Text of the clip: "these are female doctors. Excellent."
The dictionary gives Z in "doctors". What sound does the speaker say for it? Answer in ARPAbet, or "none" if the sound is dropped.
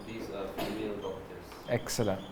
none